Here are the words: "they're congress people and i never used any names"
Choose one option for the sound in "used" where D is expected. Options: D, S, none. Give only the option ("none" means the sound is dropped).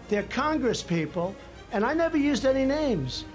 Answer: D